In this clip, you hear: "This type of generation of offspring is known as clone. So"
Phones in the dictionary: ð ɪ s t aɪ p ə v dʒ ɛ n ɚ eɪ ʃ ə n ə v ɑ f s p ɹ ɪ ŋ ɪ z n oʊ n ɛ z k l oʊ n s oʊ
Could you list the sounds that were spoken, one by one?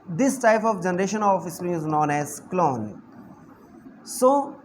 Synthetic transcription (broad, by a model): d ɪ s t aɪ p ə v dʒ ɛ n ɚ eɪ ʃ ə n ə f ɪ s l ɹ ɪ ɪ z n oʊ n ɛ z k l oʊ n s oʊ